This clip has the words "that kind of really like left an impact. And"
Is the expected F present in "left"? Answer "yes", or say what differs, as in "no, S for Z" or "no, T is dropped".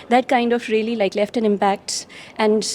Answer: yes